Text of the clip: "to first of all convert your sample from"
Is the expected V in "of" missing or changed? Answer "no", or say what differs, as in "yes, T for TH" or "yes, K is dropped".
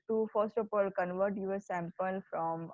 yes, P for V